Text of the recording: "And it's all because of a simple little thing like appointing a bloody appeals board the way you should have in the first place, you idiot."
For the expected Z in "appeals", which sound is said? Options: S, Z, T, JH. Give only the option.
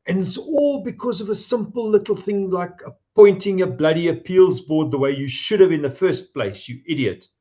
Z